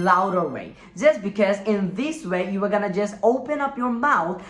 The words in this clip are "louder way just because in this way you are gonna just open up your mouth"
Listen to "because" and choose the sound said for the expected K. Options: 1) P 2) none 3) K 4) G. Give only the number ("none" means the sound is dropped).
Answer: 3